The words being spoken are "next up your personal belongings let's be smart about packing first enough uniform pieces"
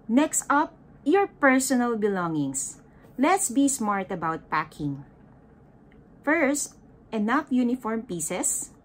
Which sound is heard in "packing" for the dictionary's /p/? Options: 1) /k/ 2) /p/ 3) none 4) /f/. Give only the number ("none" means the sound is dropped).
2